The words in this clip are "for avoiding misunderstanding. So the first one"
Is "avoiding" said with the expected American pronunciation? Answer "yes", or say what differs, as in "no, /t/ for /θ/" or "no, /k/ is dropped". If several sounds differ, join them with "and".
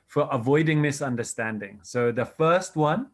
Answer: yes